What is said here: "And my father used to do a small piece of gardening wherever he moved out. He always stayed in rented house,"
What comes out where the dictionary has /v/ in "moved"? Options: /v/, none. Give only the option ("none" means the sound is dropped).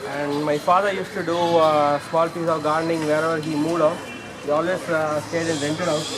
none